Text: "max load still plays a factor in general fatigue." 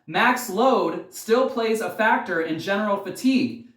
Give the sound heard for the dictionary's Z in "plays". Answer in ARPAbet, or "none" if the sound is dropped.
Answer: Z